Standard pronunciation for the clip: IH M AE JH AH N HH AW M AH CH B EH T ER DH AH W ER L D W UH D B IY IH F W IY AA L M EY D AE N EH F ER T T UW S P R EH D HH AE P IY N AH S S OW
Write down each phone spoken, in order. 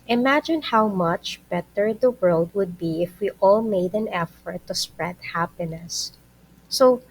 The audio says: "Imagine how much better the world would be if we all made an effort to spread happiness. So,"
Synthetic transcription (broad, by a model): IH M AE JH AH N HH AW M AH CH B EH T ER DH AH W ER L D W UH D B IY IH F W IY AA L M EY D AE N EH F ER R T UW S P R EH D HH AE P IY N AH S S OW